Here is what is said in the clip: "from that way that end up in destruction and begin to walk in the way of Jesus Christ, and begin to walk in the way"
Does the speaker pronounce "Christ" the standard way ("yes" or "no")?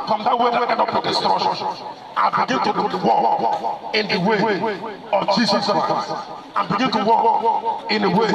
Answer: no